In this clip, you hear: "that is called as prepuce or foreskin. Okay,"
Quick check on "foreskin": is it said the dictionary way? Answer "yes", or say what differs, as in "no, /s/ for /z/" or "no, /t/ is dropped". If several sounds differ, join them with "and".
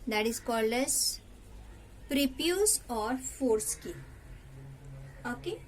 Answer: no, /n/ is dropped